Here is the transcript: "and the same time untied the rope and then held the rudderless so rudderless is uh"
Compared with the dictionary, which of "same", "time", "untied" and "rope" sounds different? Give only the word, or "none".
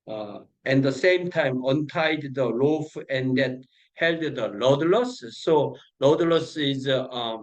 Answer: rope